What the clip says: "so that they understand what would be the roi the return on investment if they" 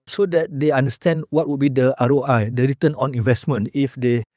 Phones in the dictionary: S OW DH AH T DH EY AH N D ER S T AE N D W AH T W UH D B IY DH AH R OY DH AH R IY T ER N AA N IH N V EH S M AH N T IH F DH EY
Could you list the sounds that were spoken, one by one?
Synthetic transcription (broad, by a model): S OW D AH T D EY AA N D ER S T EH N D W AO T W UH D B IY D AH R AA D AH R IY T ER N AA N IH N V EH S M AH N T IH F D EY